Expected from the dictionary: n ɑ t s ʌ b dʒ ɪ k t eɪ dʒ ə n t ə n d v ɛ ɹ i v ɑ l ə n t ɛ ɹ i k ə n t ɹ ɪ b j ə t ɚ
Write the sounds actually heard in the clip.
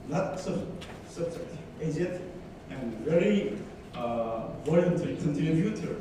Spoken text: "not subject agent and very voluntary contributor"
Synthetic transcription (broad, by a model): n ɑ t s ʌ b dʒ ɪ k t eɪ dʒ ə t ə n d v ɛ ɹ i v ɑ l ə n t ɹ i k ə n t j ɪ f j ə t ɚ